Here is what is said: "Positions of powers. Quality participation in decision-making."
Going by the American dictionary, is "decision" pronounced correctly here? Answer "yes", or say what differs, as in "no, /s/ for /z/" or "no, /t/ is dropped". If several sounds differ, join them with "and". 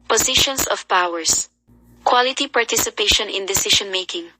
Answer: no, /ʃ/ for /ʒ/